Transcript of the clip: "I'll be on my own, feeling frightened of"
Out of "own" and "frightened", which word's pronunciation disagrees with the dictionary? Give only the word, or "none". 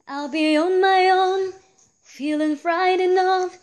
frightened